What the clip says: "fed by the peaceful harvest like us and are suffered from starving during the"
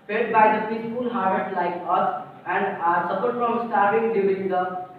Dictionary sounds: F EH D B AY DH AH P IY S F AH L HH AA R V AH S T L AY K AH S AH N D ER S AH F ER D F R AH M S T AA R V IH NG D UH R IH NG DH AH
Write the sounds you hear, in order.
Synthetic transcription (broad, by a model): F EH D B AY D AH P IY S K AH L HH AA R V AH T L AY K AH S AH N D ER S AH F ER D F R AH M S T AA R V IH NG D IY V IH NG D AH